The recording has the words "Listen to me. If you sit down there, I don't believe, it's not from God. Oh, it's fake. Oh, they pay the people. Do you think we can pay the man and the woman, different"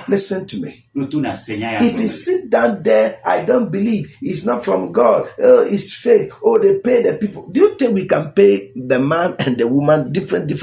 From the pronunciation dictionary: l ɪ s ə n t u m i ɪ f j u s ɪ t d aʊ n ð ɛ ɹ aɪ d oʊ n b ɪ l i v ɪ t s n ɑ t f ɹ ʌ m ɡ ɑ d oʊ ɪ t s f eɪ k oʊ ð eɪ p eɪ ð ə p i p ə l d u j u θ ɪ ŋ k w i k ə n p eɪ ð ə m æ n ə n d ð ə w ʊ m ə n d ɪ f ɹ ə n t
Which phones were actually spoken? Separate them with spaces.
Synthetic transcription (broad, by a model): l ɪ s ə n t u m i ɪ f j u s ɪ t d aʊ n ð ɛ aɪ d oʊ n b ɪ l i v ɪ t s n ɑ t f ɹ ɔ m ɡ ɑ d oʊ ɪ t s f eɪ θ oʊ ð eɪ p eɪ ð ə p i p ə l d u j u t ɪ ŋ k w i k ə n p eɪ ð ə m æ n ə n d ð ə w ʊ m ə n d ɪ f ɹ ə n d